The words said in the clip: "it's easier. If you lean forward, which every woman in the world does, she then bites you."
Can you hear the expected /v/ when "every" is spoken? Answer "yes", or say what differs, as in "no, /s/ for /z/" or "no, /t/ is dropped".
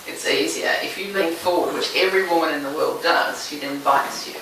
yes